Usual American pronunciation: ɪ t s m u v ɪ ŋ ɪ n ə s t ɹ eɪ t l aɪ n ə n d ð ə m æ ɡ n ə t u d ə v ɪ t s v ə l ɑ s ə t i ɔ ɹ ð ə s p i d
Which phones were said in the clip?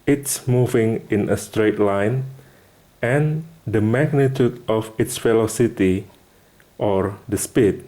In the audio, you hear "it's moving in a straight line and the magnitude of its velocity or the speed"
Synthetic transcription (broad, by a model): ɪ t s m u v ɪ ŋ ɪ n ə s t ɹ eɪ t l aɪ n ə n d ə m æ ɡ n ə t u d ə f ɪ t s f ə l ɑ s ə t i ɔ ɹ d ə s p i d